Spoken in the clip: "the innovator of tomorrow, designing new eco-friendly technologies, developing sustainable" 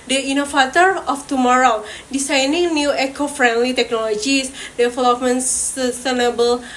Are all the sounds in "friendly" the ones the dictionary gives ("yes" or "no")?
yes